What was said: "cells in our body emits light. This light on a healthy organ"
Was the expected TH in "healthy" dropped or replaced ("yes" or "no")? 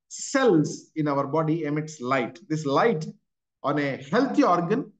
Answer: yes